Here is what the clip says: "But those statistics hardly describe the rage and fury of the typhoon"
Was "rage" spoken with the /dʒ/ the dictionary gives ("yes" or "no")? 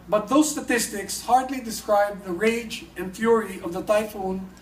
yes